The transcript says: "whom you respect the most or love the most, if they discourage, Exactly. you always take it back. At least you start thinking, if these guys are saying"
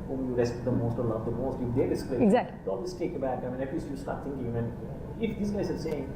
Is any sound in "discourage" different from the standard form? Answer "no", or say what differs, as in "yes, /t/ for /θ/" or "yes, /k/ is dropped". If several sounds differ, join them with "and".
yes, /dʒ/ is dropped